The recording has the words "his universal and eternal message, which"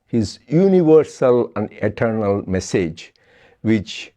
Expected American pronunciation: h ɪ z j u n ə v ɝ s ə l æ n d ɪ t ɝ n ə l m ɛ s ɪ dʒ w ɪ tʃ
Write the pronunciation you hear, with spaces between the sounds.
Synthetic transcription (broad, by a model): h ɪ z j u n ə v ɝ s ə l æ n d ɪ t ɝ n ə l m ɛ s ɪ dʒ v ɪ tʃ